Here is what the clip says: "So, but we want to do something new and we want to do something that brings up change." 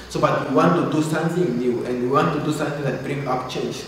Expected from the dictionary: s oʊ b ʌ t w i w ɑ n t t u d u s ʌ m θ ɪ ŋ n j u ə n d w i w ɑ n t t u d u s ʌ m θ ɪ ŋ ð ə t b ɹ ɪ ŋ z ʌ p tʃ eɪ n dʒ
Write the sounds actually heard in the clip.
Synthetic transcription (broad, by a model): s oʊ b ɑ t w i w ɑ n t t u d u s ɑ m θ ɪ ŋ n j u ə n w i w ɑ n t t u d u s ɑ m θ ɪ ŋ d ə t b ɹ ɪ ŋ ɑ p tʃ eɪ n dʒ